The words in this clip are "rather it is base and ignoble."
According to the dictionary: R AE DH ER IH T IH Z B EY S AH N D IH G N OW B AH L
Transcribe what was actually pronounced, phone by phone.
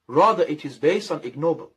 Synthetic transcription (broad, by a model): R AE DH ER IH T IH Z B EY S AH N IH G N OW B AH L